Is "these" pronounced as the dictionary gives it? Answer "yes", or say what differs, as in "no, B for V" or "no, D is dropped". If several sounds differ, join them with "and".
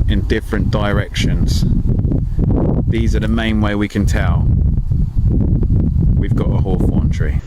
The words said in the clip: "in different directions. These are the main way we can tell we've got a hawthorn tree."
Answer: yes